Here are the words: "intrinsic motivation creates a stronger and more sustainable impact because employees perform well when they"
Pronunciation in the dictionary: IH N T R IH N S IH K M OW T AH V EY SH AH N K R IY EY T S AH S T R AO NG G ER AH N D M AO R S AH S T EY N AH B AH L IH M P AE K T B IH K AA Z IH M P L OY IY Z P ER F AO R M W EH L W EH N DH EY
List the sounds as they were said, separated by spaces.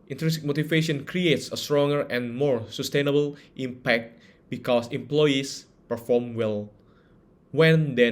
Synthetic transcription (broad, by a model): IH N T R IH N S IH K M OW T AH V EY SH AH N K R IY EY T S AH S T R AO NG G ER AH N M AO R S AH S T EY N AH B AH L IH M P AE K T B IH K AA S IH M P L OY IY S P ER F AO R M W EH L W EH N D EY